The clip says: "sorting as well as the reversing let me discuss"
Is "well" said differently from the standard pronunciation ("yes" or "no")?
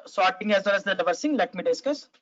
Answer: yes